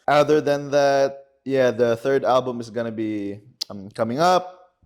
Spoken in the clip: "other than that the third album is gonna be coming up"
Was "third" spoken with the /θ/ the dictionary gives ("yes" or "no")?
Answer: yes